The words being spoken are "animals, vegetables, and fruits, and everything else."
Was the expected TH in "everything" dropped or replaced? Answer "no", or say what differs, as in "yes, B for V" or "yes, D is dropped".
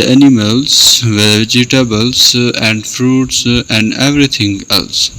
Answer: yes, T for TH